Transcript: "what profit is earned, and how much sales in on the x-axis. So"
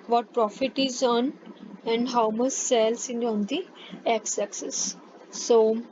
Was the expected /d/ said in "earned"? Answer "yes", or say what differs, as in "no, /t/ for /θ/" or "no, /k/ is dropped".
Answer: no, /d/ is dropped